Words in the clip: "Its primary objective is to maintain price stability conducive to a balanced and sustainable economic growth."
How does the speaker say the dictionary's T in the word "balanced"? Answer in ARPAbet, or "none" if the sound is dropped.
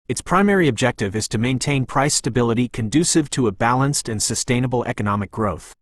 T